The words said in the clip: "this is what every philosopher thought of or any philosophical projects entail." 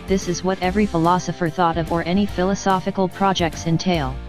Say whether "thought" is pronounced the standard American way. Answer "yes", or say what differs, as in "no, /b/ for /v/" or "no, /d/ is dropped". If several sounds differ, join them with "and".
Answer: yes